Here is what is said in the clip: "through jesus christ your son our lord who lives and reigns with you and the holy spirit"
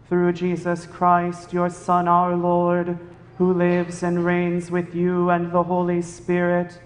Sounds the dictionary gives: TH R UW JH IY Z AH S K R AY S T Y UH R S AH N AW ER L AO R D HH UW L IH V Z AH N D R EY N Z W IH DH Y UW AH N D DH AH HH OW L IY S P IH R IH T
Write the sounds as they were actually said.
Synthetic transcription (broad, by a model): TH R UW JH IY Z AH S K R AY S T Y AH R S AH N AW ER L AO R D HH UW L IH V Z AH N R EY N Z W IH DH Y UW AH N DH AH HH OW L IY S P IH R IH T